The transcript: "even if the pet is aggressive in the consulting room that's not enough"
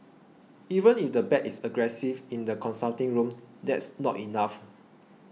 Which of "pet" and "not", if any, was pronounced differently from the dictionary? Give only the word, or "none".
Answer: pet